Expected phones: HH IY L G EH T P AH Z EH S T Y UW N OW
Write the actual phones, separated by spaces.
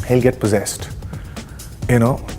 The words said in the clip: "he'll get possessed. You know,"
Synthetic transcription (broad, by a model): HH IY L G EH T P AH Z EH S T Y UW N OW